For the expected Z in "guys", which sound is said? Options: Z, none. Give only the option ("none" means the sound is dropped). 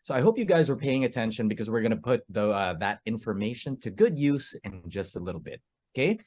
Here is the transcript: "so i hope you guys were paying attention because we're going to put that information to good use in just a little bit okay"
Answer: Z